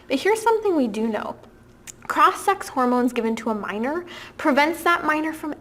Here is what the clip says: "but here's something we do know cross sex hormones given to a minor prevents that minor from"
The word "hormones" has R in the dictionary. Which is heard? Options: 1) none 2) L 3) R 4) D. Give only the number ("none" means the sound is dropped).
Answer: 3